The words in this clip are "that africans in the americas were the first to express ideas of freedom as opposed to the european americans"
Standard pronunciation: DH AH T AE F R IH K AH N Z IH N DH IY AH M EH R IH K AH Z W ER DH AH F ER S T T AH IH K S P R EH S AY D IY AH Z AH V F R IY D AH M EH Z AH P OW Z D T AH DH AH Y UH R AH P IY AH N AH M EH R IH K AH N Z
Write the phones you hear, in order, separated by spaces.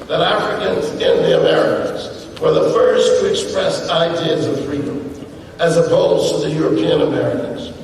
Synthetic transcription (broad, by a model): DH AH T AE F R IH K AH N Z IH N DH IY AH M EH R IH K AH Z W ER DH AH F ER S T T IH K S P R EH S AY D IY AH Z AH V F R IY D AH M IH Z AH B OW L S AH DH AH Y UH R AH P IY AH N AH M EH R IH K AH N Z